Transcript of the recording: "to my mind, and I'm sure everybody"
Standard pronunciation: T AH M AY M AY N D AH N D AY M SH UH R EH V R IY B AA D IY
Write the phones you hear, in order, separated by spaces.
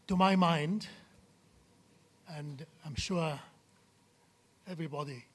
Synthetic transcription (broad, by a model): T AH M AY M AY N D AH N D AY M SH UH R EH V R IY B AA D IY